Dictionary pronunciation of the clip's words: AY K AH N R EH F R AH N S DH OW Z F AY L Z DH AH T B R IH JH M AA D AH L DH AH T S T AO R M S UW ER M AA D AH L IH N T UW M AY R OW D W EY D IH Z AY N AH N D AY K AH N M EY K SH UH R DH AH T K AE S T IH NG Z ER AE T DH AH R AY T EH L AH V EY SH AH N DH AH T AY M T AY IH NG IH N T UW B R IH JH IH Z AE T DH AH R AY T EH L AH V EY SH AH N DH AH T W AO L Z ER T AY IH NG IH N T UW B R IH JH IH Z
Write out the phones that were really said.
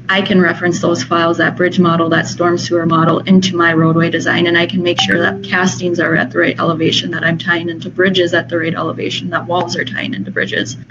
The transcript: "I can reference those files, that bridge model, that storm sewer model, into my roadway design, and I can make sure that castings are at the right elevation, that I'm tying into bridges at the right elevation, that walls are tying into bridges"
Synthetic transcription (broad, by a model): AY K AH N R EH F R AH N S DH OW Z F AY L Z DH AH T B R IH JH M AA D L DH AH T S T AO R M S UW ER M AA D L IH N T UW M AY R OW D W EY D IH Z AY N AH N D AY K AH N M EY K SH UH R DH AH T K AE S T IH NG Z ER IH T DH AH R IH T EH L AH V EY SH AH N DH AH T AY M T AY IH NG IH N T UW B R IH JH IH Z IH T DH AH R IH T EH L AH V EY SH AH N DH AH T W AO L Z ER T AY IH NG IH N T UW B R IH JH IH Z